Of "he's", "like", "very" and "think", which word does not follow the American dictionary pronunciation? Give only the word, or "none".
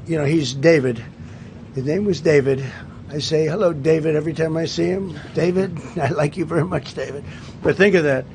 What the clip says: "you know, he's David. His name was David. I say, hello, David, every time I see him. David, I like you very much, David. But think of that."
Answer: none